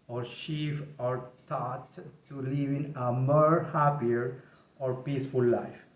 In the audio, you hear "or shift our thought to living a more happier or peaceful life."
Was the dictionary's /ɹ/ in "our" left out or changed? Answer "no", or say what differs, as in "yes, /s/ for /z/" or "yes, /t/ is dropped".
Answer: no